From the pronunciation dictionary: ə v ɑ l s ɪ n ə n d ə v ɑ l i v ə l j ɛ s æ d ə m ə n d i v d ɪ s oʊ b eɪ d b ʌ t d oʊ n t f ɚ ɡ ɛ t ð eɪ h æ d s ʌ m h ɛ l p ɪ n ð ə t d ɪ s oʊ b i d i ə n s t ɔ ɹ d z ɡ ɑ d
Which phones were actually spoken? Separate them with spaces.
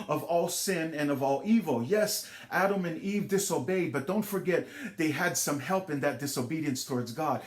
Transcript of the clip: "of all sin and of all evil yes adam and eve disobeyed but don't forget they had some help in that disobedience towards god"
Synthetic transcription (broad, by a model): ə v ɑ l s ɪ n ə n ə v ɑ l i v l j ɛ s æ d ə m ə n i v d ɪ s oʊ b eɪ d b ʌ t d oʊ n t f ɚ ɡ ɛ t ð eɪ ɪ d s ʌ m h ɛ l p ɪ n ð ə t d ɪ s oʊ b i d i ə n s t ɔ ɹ d z ɡ ɑ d